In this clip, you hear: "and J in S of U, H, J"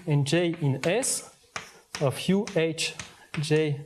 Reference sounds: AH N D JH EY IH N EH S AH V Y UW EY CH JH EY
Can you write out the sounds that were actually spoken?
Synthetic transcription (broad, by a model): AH N JH EY IH N EH S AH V Y UW EY CH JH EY